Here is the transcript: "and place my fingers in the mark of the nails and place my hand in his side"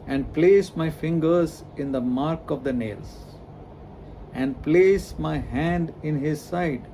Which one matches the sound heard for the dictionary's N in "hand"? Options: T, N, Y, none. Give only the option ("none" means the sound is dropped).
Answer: N